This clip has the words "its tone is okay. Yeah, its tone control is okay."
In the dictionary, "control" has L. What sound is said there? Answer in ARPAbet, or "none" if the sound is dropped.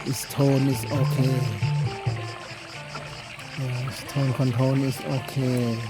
N